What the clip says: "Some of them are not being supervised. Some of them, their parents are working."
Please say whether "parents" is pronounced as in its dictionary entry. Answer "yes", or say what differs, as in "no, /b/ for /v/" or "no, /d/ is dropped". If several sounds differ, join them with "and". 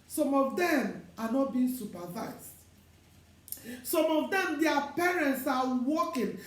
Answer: yes